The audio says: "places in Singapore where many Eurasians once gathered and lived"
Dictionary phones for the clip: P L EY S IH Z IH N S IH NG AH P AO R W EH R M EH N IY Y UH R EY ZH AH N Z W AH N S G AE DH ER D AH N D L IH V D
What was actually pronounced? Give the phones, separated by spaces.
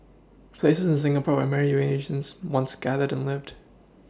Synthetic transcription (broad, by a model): P L EY S IH Z IH N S IH NG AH P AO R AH M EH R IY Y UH EY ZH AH N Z W AH N S G AE DH ER D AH N L IH V D